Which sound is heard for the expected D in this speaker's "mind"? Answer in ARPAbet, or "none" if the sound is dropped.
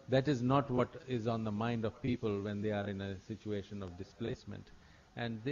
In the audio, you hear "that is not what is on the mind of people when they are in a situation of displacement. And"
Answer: D